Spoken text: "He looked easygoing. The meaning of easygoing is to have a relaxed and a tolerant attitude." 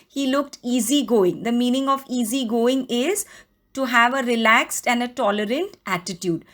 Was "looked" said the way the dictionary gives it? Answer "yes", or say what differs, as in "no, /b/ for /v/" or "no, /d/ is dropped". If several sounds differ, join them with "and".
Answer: yes